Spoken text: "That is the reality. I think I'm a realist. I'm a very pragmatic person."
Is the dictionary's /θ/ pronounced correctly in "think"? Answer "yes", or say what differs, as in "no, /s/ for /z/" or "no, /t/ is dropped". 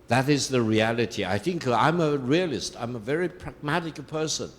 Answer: yes